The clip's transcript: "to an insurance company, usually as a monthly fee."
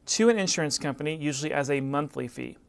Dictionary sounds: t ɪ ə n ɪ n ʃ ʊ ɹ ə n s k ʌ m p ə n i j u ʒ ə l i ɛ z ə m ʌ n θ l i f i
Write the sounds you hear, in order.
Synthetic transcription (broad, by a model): t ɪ ə n ɪ n ʃ ʊ ɹ ə n s k ʌ m p ə n i j u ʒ l i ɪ z ə m ʌ n θ l i f i